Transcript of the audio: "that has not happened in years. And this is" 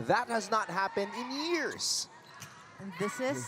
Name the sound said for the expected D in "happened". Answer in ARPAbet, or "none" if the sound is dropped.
D